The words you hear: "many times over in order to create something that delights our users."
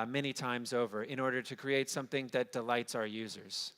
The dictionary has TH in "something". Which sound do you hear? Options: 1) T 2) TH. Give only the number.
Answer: 2